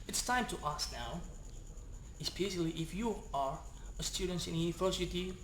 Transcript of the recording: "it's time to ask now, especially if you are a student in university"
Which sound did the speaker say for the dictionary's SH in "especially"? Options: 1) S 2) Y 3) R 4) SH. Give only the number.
1